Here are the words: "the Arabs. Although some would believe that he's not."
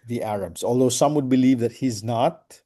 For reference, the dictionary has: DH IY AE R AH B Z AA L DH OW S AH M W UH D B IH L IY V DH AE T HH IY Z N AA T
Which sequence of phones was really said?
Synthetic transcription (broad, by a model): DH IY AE R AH B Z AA L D OW S AH M W UH D B IH L IY V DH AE T HH IY Z N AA T